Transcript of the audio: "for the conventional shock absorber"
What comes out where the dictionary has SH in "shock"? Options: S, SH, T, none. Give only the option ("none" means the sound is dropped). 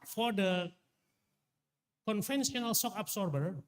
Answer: S